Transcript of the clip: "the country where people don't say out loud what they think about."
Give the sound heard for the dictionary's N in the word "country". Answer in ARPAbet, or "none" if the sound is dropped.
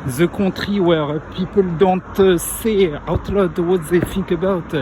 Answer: none